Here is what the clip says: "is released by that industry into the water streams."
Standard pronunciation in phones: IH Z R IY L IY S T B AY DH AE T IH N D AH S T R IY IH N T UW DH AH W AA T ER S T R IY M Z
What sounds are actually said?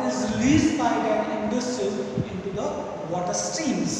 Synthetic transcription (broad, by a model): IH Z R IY L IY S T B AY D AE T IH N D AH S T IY IH N T UW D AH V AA T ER S T R IY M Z